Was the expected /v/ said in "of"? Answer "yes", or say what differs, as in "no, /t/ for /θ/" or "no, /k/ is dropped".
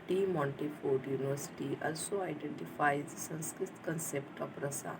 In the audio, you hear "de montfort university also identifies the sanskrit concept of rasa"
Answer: no, /p/ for /v/